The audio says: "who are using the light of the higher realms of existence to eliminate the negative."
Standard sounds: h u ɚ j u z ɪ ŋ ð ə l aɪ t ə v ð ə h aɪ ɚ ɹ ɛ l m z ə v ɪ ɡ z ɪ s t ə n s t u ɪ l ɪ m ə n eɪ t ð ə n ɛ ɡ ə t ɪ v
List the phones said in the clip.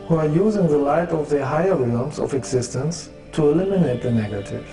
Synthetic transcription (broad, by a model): h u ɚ j u z ɪ ŋ ð ə l aɪ t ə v ð ə h aɪ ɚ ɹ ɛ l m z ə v ɪ ɡ z ɪ s t ə n s t u ɪ l ɪ m ə n eɪ t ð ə n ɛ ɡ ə t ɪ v